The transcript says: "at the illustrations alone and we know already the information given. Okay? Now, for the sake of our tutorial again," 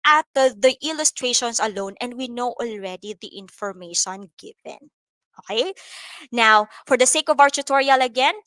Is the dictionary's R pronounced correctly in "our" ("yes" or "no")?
no